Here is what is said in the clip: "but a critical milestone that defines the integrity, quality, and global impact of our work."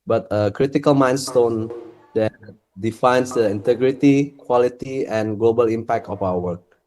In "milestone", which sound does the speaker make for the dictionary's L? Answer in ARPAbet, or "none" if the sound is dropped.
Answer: N